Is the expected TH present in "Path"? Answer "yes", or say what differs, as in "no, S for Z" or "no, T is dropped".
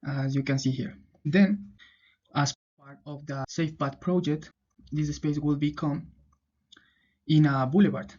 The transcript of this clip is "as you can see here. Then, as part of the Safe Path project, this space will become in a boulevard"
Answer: no, T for TH